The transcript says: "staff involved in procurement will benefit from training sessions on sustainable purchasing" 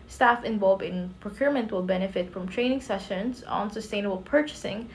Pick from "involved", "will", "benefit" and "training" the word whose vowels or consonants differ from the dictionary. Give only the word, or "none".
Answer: involved